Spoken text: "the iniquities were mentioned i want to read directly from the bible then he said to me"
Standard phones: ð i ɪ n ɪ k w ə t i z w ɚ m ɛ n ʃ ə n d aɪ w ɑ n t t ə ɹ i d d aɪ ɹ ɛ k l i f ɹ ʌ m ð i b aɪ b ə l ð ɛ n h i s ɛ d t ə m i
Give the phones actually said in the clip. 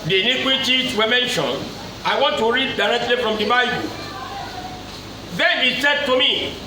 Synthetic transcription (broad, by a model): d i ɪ n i k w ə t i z w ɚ m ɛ n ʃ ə n aɪ w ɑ n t t ə ɹ i d d aɪ ɹ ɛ k l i f ɹ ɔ m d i b aɪ b ə l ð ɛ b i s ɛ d t ə m i